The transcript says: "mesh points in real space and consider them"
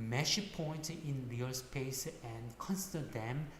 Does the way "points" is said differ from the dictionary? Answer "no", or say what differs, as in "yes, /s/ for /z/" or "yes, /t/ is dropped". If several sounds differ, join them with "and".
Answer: yes, /s/ is dropped